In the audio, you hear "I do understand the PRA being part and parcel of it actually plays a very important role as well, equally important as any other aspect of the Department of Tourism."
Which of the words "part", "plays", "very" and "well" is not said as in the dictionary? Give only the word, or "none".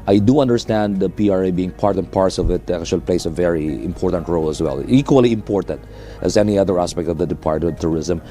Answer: plays